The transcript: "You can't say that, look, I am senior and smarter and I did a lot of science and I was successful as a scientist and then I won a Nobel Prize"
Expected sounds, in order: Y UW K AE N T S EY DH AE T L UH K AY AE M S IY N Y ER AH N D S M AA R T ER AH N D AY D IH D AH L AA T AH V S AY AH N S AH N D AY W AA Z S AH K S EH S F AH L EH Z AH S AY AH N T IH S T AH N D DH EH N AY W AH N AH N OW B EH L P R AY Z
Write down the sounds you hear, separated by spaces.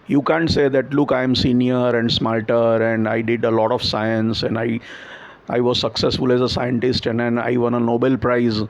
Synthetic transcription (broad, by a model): Y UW K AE N T S EY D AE T L UH K AY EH M S IY N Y ER AH N D S M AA L T ER AH N D AY D IH D AH L AA T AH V S AY AH N S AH N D AY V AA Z S AH K S EH S F AH L EH Z AH S AY AH N T IH S T AH N D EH N AY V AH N AH N OW B EH L P R AY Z